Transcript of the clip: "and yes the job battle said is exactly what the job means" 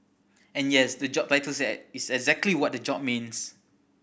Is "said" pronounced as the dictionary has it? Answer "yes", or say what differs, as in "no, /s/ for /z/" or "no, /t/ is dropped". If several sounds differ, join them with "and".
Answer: no, /d/ is dropped